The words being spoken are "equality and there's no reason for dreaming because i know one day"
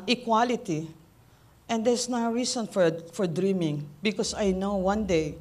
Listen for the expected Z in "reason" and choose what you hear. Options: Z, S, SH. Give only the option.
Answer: S